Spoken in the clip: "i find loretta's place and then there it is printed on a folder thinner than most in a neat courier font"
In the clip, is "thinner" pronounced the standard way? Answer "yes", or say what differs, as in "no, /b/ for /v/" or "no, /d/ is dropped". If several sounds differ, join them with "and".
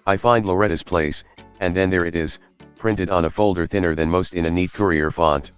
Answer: yes